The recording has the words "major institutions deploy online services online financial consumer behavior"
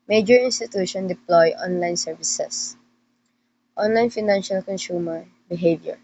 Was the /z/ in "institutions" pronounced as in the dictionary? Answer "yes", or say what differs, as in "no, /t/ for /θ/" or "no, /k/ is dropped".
no, /z/ is dropped